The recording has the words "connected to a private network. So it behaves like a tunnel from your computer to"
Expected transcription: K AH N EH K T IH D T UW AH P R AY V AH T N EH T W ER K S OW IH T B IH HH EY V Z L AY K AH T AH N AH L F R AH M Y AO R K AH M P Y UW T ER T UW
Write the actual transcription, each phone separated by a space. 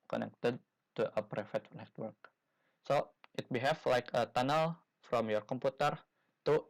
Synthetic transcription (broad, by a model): K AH N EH K T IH D T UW AH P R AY F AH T N EH T W ER K S OW IH T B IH HH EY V L AY K AH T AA N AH L F R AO M Y AO R K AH M P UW T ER T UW